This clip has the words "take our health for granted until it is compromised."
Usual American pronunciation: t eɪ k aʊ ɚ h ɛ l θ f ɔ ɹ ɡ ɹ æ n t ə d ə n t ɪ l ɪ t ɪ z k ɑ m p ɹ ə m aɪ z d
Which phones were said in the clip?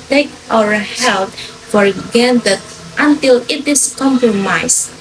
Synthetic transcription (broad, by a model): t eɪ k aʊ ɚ h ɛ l t f ɔ ɹ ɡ ɛ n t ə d ə n t ɪ l ɪ t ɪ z k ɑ m p ɹ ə m aɪ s